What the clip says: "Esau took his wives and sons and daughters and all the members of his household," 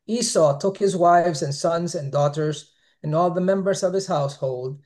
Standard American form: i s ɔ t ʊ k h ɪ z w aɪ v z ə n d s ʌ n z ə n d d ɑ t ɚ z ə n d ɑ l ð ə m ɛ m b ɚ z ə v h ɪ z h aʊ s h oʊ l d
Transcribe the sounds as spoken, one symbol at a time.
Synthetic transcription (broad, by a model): i s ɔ t ʊ k h ɪ z w aɪ v z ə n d s ʌ n z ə n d d ɑ t ɚ z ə n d ɑ l ð ə m ɛ m b ɚ z ə v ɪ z h aʊ s h oʊ l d